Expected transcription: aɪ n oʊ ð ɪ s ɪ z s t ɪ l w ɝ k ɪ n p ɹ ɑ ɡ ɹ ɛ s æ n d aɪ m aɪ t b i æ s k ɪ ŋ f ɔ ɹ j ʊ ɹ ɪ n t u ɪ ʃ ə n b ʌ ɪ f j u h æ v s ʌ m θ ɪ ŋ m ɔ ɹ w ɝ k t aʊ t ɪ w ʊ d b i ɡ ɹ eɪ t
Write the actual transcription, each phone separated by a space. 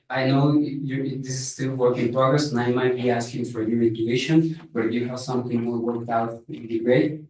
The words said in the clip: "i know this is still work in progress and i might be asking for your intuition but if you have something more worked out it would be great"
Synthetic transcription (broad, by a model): aɪ n oʊ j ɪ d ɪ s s t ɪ l w ɝ k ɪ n p ɹ ɑ ɡ ɹ ɛ s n aɪ m aɪ t b i æ s k ɪ ŋ f ɔ ɹ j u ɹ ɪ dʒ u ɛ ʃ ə n b ʌ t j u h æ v s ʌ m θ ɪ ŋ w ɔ l w ɝ k t aʊ t ɪ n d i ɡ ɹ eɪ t